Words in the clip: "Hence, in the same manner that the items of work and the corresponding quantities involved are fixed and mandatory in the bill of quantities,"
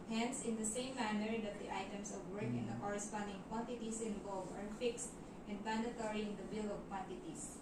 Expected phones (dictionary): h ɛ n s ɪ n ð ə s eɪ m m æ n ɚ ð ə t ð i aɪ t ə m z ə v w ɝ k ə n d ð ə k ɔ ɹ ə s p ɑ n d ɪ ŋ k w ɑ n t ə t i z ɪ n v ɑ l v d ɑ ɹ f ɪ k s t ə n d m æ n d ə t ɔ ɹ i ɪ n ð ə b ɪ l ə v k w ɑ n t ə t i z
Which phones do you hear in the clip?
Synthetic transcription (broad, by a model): h ɛ n s ɪ n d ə s eɪ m m æ n ɚ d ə t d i aɪ t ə m s ə v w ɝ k ə n d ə k ɔ ɹ ə s p ɑ n d ɪ ŋ k w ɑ n t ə t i s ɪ n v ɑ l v ɑ ɹ f ɪ k s t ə n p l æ n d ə t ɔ ɹ i ɪ n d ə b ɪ l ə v k w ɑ n t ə t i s